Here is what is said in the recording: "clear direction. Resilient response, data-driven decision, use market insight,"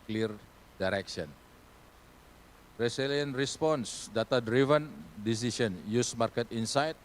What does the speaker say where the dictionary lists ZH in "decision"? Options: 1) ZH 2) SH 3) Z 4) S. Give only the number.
4